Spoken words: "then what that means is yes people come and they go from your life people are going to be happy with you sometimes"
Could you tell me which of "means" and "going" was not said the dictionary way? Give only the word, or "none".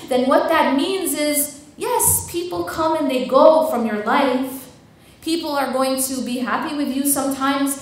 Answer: none